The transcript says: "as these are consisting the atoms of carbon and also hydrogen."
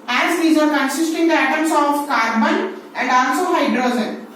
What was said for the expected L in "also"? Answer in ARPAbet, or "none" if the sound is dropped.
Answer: N